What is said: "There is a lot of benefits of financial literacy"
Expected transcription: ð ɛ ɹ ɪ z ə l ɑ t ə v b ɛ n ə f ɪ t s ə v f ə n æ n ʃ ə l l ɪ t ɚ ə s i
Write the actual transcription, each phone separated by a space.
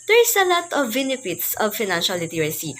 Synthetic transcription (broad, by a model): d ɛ ɹ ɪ s ə l ɑ t ə v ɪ n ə p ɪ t s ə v f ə n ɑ n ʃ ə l l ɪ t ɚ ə s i